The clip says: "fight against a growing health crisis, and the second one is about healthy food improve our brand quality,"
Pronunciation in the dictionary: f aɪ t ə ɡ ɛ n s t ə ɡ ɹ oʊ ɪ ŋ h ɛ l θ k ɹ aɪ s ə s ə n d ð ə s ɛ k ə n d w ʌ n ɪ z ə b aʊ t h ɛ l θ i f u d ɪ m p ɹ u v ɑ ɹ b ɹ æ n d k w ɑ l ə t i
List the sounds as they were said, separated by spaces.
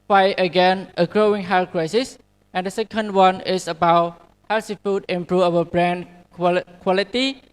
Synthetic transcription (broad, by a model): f aɪ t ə ɡ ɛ n t ə ɡ ɹ oʊ ɪ ŋ h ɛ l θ k ɹ aɪ s ə s ə n d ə s ɛ k ə n d w ʌ n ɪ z ə b aʊ t h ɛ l s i f u d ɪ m p ɹ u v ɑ w b ɹ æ n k k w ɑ l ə t i